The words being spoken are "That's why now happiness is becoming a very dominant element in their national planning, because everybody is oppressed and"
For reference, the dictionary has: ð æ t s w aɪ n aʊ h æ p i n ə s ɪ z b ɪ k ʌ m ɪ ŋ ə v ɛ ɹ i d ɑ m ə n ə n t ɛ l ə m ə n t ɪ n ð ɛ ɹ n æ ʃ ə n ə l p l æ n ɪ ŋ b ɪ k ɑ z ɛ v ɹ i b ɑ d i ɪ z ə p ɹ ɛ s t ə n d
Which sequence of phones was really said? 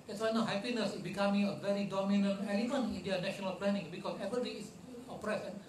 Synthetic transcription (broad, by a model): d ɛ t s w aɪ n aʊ h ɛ p i n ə s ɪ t b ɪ k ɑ m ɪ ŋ ə v ɛ ɹ i d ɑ m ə n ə n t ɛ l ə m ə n ɪ n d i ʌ n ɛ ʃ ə n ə l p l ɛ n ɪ ŋ b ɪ k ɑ s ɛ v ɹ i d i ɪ s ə p ɹ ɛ s ə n